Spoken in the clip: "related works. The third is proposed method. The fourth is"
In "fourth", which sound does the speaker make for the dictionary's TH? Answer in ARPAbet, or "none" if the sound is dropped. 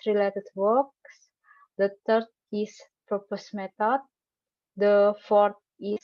T